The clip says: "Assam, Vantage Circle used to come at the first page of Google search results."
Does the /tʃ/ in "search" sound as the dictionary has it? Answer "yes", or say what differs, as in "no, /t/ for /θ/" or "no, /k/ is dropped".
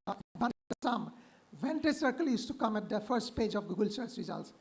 no, /s/ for /tʃ/